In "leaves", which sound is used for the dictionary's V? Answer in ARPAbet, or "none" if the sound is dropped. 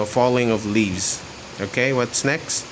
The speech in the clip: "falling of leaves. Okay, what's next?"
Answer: V